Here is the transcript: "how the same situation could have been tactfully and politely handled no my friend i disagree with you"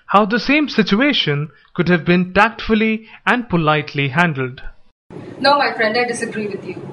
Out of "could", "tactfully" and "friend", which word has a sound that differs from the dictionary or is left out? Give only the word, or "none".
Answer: none